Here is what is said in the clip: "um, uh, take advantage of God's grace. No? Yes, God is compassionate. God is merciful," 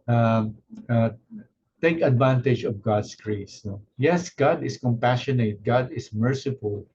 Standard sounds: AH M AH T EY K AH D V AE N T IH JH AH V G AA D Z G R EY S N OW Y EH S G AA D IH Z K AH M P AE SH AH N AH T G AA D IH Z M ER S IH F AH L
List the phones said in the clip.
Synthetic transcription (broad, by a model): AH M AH T EY K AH D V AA N T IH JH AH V G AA D S G R EY S N OW Y EH S G AA D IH S K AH M P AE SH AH N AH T G AA D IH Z M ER S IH F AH L